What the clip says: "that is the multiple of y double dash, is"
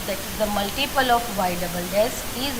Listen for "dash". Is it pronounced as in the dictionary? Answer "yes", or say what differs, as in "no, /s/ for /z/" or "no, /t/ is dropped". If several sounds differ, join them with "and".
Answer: no, /s/ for /ʃ/